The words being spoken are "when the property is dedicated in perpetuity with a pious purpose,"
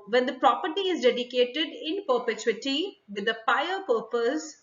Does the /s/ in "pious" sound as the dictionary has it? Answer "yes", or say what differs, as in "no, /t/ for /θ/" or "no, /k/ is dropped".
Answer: no, /s/ is dropped